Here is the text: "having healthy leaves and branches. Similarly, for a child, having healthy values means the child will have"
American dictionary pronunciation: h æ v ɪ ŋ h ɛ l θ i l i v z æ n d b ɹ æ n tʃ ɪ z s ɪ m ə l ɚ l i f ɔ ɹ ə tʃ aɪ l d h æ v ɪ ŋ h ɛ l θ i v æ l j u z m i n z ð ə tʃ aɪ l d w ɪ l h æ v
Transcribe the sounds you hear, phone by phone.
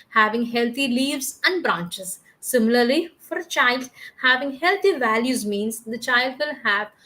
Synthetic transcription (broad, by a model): h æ v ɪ ŋ h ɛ l t i l i v z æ n d b ɹ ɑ n tʃ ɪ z s ɪ m ə l ɚ l i f ɔ ɹ ə tʃ aɪ l d h æ v ɪ ŋ h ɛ l t i v æ l j u z m i n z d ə tʃ aɪ l d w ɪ l h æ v